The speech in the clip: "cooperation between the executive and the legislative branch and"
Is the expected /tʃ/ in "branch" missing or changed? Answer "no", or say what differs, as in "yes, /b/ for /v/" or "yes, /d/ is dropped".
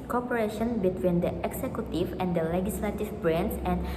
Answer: yes, /s/ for /tʃ/